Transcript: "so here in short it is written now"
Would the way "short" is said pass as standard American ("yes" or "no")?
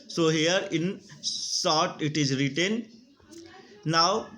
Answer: no